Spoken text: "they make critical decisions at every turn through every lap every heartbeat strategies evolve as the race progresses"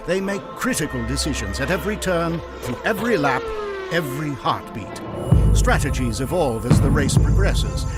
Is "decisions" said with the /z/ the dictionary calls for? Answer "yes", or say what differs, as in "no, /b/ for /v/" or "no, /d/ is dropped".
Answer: yes